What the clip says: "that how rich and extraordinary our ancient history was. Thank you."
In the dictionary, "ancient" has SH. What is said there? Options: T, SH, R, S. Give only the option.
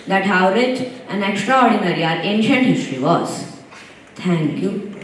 SH